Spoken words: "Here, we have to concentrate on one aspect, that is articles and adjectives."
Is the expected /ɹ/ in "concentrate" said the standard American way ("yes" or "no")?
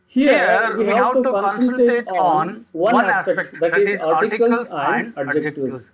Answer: no